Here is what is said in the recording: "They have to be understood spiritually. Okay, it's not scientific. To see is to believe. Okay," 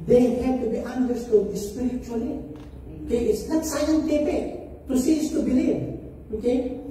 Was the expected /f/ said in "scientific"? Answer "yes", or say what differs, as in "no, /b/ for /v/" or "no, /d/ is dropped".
no, /p/ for /f/